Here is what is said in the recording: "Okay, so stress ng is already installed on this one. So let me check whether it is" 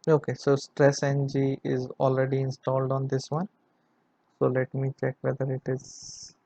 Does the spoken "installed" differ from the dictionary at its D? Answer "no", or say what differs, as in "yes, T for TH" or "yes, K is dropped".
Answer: no